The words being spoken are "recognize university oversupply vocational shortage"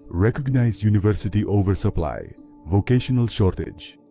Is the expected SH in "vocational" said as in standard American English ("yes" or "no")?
yes